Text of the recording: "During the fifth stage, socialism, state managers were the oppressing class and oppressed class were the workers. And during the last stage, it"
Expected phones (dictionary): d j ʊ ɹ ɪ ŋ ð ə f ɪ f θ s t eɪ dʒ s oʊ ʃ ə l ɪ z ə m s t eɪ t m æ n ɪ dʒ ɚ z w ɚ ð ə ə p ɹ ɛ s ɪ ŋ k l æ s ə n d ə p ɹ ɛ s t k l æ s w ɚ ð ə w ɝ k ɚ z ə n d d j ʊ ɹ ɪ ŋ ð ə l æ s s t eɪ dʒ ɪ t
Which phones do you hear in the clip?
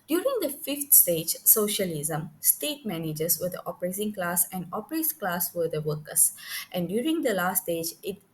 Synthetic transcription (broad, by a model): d j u ɹ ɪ ŋ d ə f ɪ f t s t eɪ dʒ s oʊ ʃ ə l ɪ z ə m s t eɪ t m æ n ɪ dʒ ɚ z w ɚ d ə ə p ɹ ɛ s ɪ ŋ k l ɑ s ə n d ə p ɹ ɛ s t k l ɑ s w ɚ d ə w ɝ k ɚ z ə n d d j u ɹ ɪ ŋ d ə l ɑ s s t eɪ dʒ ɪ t